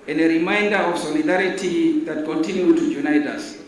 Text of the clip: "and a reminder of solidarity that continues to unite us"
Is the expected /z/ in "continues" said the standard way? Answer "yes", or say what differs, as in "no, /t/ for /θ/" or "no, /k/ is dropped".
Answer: no, /z/ is dropped